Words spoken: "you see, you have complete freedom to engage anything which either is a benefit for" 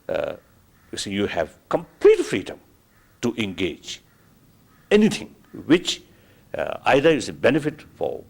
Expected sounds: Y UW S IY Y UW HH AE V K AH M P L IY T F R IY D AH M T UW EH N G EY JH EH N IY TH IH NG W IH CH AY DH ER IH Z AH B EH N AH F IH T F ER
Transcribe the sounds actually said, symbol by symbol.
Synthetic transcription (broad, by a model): Y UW S IY Y UW HH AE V K AH M P L IY T F R IY D AH M T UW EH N G EY JH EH N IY T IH NG W IH CH AY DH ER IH S AH B EH N AH F IH T F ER